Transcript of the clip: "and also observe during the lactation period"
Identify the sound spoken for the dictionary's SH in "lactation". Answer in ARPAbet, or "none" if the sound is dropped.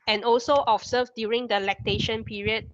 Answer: SH